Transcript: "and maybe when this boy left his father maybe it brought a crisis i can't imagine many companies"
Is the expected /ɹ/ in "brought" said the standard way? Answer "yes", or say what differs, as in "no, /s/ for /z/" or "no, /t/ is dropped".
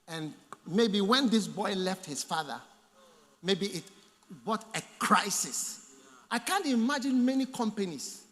no, /ɹ/ is dropped